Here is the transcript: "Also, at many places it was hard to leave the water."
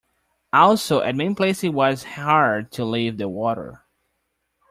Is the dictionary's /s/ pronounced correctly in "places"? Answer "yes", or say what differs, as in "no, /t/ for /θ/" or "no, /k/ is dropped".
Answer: no, /s/ is dropped